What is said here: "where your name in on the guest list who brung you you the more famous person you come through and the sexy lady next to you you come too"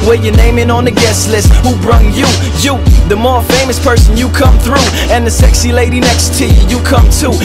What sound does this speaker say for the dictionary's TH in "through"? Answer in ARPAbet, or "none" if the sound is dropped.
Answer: TH